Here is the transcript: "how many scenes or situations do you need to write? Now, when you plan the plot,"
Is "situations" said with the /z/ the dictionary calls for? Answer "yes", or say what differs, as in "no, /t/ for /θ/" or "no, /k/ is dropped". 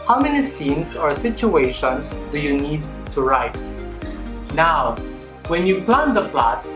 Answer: no, /s/ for /z/